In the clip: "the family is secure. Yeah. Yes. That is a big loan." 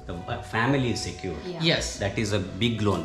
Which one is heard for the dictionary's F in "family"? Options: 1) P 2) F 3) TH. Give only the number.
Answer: 2